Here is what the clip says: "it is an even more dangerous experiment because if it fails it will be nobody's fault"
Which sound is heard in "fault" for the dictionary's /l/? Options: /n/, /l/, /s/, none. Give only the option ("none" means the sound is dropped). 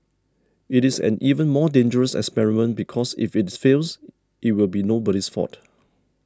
none